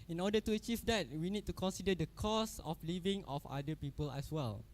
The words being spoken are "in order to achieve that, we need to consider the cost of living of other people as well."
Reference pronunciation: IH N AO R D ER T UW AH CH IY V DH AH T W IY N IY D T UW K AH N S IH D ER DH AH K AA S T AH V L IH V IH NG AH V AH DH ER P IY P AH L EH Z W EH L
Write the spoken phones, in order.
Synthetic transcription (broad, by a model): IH N AO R D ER T UW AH CH IY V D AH T W IY N IY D T UW K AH N S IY D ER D AH K AA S AH F L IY V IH NG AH F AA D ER P IY P AH L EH S W EH L